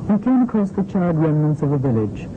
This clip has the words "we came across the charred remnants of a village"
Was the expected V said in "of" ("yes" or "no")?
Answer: yes